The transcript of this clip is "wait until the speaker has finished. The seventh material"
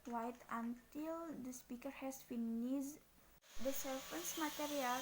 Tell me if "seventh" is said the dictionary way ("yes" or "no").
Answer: no